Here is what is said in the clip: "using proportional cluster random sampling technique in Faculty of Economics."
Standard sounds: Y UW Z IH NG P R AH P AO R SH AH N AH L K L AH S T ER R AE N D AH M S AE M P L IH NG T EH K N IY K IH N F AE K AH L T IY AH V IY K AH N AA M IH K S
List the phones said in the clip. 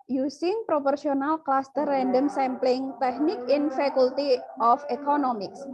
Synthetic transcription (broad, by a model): Y UW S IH NG P R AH P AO R S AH N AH L K L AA S T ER R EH N D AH M S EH M P L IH NG T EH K N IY K IH N F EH K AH L T IY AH F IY K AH N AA M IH K S